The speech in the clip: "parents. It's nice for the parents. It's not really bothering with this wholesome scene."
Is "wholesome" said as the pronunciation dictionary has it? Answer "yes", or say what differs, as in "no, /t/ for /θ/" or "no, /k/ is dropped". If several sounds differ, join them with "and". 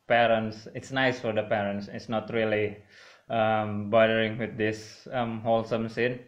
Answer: yes